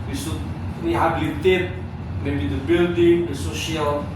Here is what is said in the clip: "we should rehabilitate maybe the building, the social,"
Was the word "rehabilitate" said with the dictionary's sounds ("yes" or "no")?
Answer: no